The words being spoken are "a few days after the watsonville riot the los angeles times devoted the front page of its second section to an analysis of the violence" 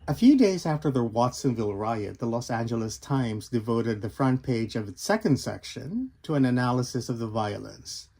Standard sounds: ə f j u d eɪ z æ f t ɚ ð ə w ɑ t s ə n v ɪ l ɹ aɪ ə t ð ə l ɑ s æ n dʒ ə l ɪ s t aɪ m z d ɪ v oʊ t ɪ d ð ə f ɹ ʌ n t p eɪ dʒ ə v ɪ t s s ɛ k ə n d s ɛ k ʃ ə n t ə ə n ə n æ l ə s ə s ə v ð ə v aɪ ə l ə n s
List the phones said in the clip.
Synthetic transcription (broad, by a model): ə f j u d eɪ z æ f t ɚ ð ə w ɑ t s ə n v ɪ l ɹ aɪ ə t ð ə l ɑ s æ n dʒ ə l ɪ s t aɪ m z d ɪ v oʊ t ɪ d ð ə f ɹ ʌ n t p eɪ dʒ ə v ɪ t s s ɛ k ə n d s ɛ k ʃ ə n t ə ə n ə n æ l ə s ə s ə v ð ə v aɪ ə l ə n s